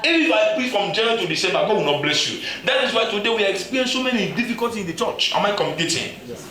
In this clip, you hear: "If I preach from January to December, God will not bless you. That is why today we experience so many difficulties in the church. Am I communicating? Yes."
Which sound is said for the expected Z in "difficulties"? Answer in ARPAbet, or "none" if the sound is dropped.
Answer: none